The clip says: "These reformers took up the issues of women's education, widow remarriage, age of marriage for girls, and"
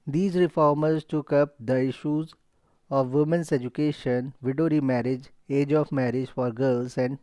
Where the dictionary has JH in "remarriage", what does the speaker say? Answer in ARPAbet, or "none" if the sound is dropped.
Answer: JH